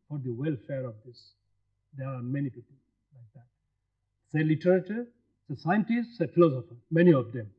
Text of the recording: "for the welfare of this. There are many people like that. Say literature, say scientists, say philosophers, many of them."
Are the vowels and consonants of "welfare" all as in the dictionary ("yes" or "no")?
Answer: yes